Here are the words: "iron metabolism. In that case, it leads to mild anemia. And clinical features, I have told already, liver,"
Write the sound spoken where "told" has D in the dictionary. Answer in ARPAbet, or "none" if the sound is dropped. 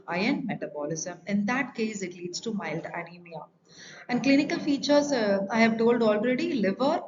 D